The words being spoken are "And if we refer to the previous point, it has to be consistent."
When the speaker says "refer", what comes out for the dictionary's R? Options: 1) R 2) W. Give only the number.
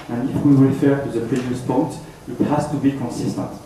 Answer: 2